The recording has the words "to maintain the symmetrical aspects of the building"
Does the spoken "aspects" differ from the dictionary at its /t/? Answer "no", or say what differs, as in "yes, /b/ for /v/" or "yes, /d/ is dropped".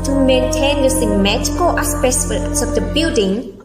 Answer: yes, /s/ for /t/